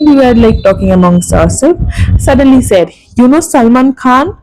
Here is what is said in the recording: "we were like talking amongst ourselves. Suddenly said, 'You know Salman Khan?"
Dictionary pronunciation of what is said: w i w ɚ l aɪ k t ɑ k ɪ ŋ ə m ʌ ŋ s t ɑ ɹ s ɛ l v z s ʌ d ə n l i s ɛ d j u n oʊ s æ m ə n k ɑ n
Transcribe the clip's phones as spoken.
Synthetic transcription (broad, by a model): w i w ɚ l aɪ k t ɑ k ɪ ŋ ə m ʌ ŋ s ɑ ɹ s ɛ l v s ʌ d ə n l i s ɛ d j u n oʊ s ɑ m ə n k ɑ n